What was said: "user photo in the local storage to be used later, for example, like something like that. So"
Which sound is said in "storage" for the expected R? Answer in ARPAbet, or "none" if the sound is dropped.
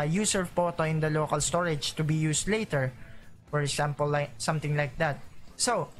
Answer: R